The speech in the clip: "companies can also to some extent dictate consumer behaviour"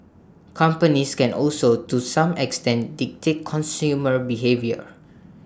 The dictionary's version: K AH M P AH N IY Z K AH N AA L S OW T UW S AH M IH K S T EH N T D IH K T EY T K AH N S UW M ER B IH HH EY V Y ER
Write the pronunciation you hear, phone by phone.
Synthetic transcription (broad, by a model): K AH M P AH N IY S K AH N AA L S OW T UW S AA M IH K S T EH N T D IH K T EY T K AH N S UW M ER B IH HH EY V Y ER